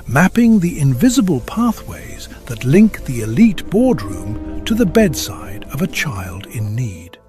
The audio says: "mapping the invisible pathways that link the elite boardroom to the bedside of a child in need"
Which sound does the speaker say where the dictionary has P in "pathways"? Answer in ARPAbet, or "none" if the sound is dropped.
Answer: P